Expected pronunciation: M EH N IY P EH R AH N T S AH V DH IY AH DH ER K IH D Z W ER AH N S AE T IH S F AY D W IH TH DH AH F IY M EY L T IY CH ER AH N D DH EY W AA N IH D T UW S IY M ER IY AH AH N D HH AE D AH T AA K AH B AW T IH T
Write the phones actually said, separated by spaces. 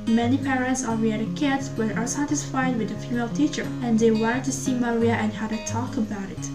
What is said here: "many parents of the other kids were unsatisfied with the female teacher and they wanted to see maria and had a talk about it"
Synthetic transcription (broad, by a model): M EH N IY P EH R AH N T S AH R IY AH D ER K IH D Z W ER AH S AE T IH S F AY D W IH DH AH F IY M EY L T IY CH ER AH N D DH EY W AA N T UW S IY M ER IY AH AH N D HH AE D AH T AA K AH B AW T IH T